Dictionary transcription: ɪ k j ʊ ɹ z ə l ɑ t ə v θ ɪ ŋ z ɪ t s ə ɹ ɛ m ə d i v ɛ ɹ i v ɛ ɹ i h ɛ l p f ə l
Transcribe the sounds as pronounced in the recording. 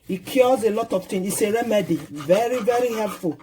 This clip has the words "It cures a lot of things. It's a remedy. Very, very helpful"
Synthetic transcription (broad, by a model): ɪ k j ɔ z ə l ɑ t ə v t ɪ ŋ ɪ s ə ɹ ɛ m ə d i v ɛ ɹ i v ɛ ɹ i h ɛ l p f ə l